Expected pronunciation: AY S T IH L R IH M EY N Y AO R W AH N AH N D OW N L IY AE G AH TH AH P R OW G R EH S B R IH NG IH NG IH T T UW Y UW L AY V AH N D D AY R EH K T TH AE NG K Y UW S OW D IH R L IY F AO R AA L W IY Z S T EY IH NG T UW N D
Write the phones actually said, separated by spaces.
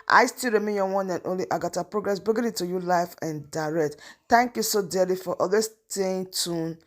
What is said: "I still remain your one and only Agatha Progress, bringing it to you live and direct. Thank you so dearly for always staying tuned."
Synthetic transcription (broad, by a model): AY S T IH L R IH M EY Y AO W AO N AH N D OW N L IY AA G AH T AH P R OW G R EH S B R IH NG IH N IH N T UW Y UW L AY F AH N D D AY R EH K T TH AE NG K Y UW S OW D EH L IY F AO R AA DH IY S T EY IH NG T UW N